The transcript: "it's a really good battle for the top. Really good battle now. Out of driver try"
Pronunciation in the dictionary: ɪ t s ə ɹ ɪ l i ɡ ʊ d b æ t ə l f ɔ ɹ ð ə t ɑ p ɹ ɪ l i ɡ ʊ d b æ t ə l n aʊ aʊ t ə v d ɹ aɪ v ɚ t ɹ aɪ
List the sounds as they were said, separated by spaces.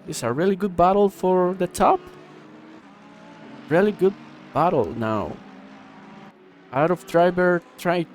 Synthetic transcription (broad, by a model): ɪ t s ə ɹ ɪ l i ɡ ʊ d b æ t l f ɔ ɹ ð ə t ɑ p ɹ ɪ l i ɡ ʊ d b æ t l n aʊ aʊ t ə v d ɹ aɪ b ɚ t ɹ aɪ